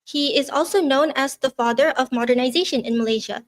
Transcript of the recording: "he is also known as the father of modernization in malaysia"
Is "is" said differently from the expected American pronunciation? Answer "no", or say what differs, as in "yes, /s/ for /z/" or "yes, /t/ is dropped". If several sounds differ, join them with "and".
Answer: no